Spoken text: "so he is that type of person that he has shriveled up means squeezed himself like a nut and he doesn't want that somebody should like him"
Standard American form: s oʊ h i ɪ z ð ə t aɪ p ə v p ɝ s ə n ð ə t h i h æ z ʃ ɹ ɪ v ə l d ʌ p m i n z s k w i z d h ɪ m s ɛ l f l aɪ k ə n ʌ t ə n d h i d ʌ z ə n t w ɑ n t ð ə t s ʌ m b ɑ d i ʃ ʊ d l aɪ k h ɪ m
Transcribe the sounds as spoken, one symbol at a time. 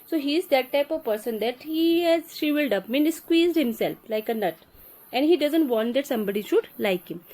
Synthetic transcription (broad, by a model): s oʊ h i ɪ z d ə t aɪ p ə v p ɝ s ə n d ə t h i h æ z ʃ i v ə l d ʌ p m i n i s k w i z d h ɪ m s ɛ l f l aɪ k ə n ʌ t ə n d h i d ʌ z ə n t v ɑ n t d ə t s ʌ m b ɑ d i ʃ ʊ d l aɪ k h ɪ m